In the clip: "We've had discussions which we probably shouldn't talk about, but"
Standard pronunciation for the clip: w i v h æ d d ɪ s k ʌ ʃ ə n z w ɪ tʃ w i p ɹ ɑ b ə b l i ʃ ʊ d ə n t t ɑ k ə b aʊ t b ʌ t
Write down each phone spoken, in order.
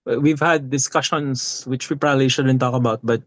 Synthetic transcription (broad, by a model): w i v h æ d d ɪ s k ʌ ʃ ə n s w ɪ tʃ w i p ɹ ɑ b ə b l i ʃ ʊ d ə n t t ɑ k ə b aʊ t b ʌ t